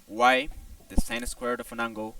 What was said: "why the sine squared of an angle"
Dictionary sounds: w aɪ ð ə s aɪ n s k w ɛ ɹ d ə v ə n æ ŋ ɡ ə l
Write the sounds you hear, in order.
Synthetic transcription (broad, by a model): w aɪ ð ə s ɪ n s k w ɛ ɹ d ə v ə n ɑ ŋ ɡ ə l